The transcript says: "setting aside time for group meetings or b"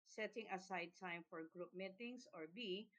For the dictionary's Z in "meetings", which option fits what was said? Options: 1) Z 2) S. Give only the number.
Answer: 2